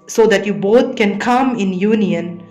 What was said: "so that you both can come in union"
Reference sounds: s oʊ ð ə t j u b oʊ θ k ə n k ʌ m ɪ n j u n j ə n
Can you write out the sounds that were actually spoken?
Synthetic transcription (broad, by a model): s oʊ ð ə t j u b oʊ t k ə n k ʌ m ɪ n j u n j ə n